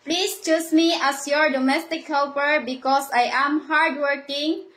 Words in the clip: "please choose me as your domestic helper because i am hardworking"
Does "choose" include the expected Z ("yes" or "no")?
no